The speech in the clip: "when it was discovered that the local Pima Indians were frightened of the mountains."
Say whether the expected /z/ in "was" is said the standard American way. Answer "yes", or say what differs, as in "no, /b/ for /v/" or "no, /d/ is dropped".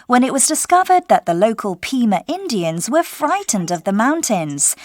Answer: yes